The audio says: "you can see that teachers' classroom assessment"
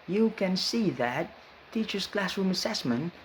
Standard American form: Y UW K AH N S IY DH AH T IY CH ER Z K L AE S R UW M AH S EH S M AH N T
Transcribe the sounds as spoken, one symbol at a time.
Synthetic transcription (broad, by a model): Y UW K AH N S IY DH AH T IY CH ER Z K L AE S R UW M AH S EH S M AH N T